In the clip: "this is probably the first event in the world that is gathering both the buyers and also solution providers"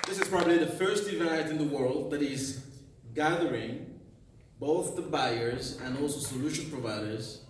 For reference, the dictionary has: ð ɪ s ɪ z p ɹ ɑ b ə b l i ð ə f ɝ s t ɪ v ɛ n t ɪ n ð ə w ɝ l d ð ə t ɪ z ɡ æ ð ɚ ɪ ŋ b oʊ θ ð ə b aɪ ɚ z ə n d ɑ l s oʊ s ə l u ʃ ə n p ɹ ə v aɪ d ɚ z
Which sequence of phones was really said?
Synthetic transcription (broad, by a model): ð ɪ s ɪ z p ɹ ɑ b ə b l i ð ə f ɝ s t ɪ v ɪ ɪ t ɪ n ð ə w ɝ l d ð ə t ɪ z ɡ æ ð ɚ ɪ ŋ b oʊ θ ð ə b aɪ ɚ z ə n ɑ l s oʊ s ə l u ʃ ə n p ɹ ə v aɪ d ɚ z